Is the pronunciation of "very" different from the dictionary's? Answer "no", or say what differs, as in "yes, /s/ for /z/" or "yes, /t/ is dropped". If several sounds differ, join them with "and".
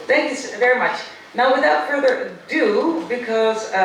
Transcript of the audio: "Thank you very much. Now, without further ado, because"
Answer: no